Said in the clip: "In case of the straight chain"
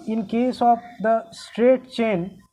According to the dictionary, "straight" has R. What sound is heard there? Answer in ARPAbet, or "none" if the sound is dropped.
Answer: R